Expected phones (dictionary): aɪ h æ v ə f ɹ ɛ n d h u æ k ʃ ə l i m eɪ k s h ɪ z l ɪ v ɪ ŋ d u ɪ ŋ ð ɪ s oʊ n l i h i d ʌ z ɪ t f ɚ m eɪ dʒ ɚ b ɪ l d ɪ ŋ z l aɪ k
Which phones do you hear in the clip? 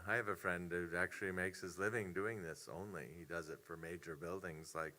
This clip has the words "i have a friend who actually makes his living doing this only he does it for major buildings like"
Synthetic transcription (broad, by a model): aɪ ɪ v ə f ɹ ɛ n d h u æ k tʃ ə l i m eɪ k s h ɪ z l ɪ v ɪ ŋ d u ɪ ŋ ð ɪ s oʊ n l i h i d ʌ z ɪ t f ɚ m eɪ dʒ ɚ b ɪ l d ɪ ŋ z l aɪ k